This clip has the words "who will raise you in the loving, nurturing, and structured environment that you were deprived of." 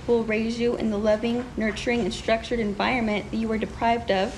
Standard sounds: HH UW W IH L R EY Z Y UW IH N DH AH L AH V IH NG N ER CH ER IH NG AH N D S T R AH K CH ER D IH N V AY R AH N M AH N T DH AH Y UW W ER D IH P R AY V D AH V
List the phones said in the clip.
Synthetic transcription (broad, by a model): W IH L R EY Z Y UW IH N DH AH L AH V IH NG N ER CH ER IH NG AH N S T R AH K CH ER D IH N V AY R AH N M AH N DH AH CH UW W ER D IH P R AY V D AH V